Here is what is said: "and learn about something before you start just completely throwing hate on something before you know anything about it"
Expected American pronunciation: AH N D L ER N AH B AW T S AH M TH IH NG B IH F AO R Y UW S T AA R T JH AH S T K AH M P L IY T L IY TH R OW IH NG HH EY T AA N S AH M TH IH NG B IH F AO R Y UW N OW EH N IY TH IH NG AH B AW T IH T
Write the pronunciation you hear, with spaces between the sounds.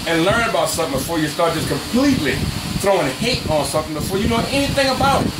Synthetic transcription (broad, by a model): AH N L ER N AH B AW T S AH M TH IH NG B IH F AO R Y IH S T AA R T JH AH S K AH M P L IY T L IY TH R OW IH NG HH EY T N S AH M TH IH NG B IH F AO R Y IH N OW EH N IY TH IH NG AH B AW T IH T